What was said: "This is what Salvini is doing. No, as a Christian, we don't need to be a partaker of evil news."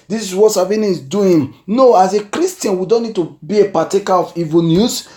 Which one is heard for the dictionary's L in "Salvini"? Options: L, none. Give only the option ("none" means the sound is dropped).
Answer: none